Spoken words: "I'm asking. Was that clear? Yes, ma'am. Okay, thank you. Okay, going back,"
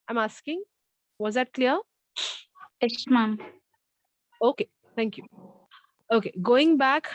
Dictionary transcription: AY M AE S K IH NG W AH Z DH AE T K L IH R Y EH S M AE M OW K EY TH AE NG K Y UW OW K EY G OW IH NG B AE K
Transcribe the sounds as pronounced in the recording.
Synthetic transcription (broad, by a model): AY M AE S K IH NG W AH Z DH AE T K L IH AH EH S M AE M OW K EY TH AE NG K Y UW OW K EY G OW IH NG B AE K